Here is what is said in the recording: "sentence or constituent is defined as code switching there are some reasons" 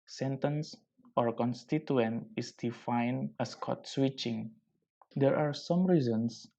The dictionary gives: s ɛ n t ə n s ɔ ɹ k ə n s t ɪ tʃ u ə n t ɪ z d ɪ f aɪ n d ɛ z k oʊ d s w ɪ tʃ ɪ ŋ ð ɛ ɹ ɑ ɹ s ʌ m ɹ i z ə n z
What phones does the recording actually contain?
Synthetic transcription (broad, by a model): s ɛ n t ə n s ɔ ɹ k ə n s t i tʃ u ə n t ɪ s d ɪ f aɪ n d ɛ s k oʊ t s w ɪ tʃ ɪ ŋ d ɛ ɹ ɑ ɹ s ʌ m ɹ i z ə n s